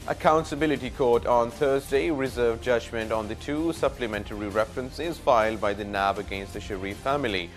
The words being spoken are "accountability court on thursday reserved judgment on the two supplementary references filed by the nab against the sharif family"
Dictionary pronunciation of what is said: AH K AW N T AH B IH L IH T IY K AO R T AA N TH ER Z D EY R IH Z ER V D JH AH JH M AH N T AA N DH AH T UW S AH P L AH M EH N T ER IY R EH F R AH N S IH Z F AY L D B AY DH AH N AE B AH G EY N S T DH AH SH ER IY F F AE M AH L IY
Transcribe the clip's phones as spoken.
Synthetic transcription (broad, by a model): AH K AW N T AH B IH L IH T IY K AO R T AA N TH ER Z D EY R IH Z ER V JH AH JH M AH N T AA N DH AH T UW S AH P L AH M EH N T ER IY R EH F R AH N S IH Z F AY L D B AY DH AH N AE B AH G EY N S T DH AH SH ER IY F F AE M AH L IY